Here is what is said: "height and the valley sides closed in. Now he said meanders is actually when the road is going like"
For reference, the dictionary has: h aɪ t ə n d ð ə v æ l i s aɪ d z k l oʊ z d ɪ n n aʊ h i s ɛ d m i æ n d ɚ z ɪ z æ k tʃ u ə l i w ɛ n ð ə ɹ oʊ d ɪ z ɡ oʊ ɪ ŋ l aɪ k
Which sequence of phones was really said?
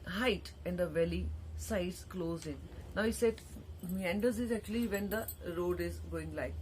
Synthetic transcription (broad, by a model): h aɪ t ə n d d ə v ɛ l i s aɪ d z k l oʊ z ɪ n n aʊ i s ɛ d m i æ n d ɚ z ɪ z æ k tʃ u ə l i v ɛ n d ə ɹ oʊ d ɪ z ɡ oʊ ɪ ŋ l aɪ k